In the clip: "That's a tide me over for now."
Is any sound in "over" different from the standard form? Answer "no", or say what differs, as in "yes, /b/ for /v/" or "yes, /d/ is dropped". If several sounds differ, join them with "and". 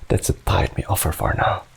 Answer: yes, /f/ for /v/